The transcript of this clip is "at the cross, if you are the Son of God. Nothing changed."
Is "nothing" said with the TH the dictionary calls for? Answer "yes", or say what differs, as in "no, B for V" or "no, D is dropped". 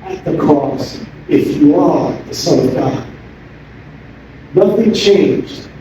yes